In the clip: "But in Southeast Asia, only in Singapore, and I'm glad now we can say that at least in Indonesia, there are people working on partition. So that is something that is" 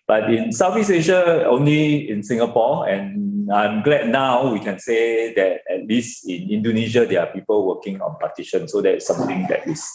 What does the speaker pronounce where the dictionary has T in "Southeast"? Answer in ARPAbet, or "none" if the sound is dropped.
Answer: none